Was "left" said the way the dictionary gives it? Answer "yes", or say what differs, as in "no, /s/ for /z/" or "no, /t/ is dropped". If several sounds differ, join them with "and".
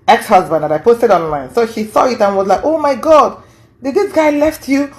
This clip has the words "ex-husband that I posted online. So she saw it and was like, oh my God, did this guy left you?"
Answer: yes